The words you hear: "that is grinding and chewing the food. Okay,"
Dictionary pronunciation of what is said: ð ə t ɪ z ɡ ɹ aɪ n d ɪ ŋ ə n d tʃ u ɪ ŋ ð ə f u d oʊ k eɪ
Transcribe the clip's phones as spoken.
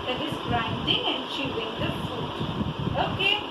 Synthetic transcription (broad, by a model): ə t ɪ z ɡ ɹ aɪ n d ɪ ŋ ə n d ʃ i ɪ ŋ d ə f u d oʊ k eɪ